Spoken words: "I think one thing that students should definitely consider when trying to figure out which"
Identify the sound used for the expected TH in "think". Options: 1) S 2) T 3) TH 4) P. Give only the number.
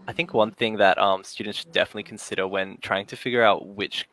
3